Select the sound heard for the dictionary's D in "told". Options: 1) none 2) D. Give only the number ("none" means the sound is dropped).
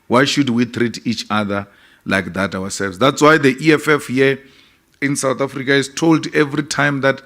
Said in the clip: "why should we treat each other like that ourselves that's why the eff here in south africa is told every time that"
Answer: 2